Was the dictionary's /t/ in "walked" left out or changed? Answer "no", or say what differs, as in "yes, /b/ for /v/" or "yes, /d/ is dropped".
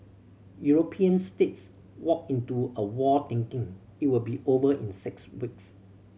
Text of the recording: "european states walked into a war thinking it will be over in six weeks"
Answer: yes, /t/ is dropped